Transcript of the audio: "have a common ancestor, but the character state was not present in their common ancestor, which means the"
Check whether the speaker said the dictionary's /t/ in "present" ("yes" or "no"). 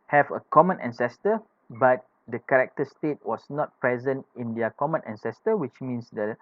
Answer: yes